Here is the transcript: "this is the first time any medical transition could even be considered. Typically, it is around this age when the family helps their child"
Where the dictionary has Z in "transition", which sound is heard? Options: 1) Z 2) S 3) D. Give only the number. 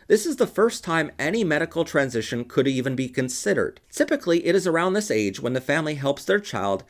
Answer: 1